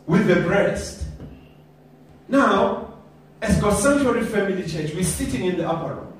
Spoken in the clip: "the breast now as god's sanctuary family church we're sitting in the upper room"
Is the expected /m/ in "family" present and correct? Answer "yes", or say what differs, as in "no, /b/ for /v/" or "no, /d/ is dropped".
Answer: yes